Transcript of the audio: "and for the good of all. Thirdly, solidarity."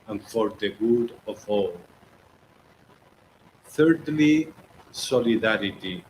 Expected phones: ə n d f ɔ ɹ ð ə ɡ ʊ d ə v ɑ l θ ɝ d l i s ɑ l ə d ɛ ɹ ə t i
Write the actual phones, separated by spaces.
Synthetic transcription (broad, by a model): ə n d f ɔ ɹ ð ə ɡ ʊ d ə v ɑ l θ ɝ d l i s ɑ l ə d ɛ ɹ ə t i